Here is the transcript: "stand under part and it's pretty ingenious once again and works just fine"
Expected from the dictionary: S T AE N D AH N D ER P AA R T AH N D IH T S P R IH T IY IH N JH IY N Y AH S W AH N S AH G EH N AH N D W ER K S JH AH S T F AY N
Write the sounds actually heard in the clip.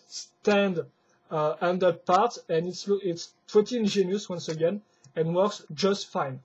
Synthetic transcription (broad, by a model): S T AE N D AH N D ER P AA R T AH N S IH T S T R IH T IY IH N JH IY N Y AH S W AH N S AH G EH N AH N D W ER K S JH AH S T F AY N